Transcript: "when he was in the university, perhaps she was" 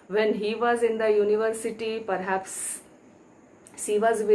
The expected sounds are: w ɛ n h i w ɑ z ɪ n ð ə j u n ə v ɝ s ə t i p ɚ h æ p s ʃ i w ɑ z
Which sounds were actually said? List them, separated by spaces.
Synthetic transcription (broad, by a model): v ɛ n h i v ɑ z ɪ n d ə j u n ə v ɝ s ə t i p ɚ h æ p s s i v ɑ z